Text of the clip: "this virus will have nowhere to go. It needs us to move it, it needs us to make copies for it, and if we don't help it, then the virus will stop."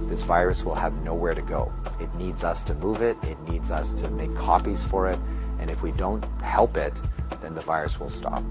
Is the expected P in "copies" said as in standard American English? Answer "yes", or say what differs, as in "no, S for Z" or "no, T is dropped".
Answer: yes